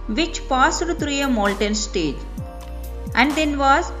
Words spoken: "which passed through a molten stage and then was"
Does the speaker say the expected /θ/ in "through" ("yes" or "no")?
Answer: no